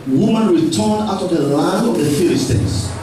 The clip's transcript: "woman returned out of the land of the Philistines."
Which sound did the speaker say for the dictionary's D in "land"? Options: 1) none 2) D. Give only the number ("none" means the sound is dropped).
1